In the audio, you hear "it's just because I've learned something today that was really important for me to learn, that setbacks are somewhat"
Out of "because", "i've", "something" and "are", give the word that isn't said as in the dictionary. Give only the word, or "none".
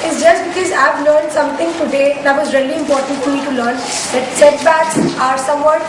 something